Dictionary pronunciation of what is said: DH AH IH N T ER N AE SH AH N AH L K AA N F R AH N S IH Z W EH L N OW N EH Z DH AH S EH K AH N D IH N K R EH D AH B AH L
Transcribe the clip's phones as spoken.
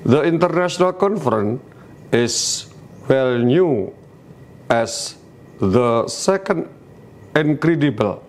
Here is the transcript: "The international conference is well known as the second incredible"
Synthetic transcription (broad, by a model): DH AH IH N T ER N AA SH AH N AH L K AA N F R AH N IH S W EH L N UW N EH S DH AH S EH K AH N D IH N K R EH D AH B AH L